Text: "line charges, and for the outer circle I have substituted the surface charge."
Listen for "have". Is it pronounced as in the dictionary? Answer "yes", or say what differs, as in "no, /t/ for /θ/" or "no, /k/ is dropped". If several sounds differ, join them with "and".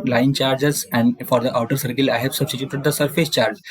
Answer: no, /p/ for /v/